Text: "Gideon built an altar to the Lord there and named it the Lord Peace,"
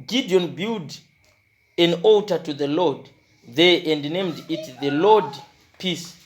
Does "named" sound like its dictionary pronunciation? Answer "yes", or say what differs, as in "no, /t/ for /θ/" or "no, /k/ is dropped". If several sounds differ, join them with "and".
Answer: yes